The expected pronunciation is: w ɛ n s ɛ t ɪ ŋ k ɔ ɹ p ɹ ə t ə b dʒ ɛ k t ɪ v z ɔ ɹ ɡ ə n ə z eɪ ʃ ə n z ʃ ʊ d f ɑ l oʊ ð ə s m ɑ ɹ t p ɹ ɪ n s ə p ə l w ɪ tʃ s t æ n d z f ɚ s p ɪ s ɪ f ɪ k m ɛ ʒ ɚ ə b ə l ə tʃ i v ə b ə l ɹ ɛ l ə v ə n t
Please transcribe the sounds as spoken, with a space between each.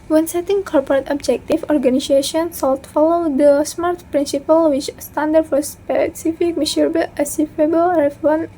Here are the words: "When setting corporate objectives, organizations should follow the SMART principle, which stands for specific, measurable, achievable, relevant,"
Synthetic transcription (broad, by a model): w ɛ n s ɛ t ɪ ŋ k ɔ ɹ p ɹ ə t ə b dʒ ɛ k t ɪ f ɔ ɹ ɡ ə n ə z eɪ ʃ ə n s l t f ɑ l oʊ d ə s m ɑ ɹ t p ɹ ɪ n s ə p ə l w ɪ tʃ s t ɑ n d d f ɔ s p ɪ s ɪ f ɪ k m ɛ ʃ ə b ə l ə s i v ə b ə l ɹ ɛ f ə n